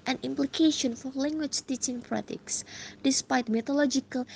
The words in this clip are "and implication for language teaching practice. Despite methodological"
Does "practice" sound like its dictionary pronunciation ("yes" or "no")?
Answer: no